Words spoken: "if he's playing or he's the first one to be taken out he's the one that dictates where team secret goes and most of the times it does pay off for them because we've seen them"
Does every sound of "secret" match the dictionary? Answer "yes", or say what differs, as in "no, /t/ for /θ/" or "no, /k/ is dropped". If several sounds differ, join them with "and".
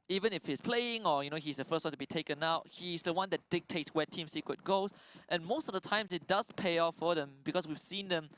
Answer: no, /w/ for /ɹ/